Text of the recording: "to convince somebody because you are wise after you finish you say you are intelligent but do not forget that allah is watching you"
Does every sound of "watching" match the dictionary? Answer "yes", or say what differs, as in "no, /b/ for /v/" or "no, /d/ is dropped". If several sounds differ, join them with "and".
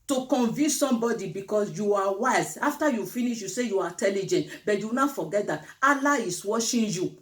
no, /ʃ/ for /tʃ/